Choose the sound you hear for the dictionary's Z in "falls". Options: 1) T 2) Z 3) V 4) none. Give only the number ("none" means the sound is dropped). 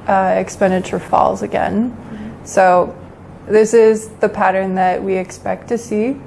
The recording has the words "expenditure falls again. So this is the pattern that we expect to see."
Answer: 2